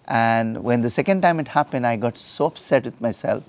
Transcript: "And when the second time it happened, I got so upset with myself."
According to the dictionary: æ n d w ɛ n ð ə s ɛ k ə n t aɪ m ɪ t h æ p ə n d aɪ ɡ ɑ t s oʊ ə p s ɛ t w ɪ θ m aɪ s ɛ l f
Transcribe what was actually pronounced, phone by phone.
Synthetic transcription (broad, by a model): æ n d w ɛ n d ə s ɛ k ə n t aɪ m ɪ t h æ p ə n d aɪ ɡ ɑ t s oʊ ə p s ɛ t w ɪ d m aɪ s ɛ l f